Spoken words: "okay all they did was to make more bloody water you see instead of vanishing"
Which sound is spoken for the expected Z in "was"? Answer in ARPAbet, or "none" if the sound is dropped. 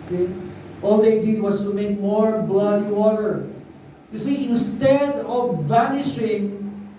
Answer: S